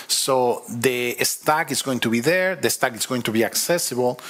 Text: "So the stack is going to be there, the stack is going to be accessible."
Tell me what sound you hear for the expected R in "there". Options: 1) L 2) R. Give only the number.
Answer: 2